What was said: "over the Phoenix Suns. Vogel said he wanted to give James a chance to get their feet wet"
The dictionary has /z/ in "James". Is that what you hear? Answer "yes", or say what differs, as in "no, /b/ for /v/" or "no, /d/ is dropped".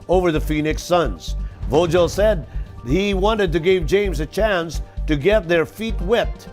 yes